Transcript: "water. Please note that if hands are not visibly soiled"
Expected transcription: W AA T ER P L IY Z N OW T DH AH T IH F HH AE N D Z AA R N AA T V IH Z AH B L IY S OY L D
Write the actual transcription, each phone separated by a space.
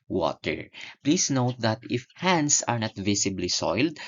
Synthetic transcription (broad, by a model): W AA T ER P L IY S N OW T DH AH T IH F HH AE N D S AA R N AA T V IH S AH B L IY S OY L D